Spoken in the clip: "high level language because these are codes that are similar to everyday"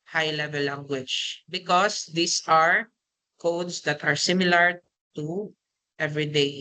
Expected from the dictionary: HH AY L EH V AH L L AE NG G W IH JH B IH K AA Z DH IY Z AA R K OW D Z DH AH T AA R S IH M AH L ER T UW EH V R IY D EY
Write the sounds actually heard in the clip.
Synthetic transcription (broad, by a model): HH AY L EH V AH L L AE NG G W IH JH B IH K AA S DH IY S AA R K OW D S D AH T AA R S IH M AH L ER T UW EH V R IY D EY